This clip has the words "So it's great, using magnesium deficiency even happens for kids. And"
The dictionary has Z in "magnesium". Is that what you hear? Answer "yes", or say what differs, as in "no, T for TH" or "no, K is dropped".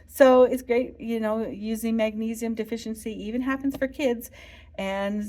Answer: yes